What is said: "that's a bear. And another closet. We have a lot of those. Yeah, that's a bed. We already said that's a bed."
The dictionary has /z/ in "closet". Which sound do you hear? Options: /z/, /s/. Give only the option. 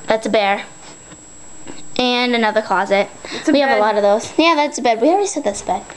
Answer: /z/